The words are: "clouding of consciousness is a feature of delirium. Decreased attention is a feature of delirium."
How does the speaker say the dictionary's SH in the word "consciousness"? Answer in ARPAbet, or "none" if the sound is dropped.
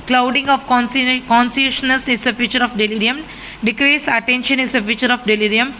S